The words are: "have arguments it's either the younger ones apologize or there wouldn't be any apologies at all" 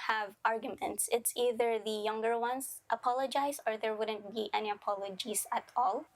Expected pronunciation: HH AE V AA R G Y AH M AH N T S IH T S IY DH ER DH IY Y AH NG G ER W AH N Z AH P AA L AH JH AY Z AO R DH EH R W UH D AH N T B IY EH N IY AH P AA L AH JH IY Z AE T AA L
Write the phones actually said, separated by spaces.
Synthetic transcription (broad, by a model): HH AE V AA R G Y AH M AH N T S IH T S IY DH ER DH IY Y AH NG G ER W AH N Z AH P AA L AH JH AY S AO R DH EH R W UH D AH N T B IY EH N IY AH P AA L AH JH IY S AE T AA L